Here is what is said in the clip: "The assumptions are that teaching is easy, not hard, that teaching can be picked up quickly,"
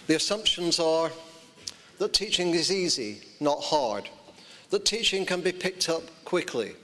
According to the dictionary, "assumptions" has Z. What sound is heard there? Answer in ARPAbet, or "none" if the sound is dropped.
Z